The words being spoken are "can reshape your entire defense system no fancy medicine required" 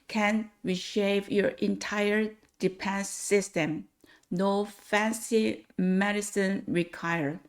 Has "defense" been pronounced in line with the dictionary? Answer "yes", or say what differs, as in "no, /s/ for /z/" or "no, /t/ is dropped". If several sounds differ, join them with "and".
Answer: no, /p/ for /f/